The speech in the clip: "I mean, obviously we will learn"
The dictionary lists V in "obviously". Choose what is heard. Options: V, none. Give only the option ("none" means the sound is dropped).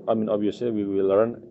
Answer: none